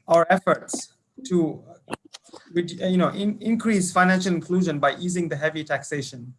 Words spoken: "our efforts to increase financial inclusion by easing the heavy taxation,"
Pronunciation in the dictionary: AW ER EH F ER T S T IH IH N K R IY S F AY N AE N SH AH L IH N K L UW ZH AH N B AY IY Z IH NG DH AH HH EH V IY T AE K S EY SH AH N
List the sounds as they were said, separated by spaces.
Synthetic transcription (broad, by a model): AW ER EH F ER T S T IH IH N K R IY S F AY N AE N SH AH L IH N K L UW ZH AH N B AY IY Z IH NG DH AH HH EH V IY T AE K S EY SH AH N